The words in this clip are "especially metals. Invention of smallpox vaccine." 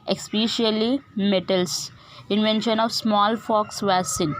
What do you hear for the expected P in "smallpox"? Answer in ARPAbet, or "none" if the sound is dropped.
F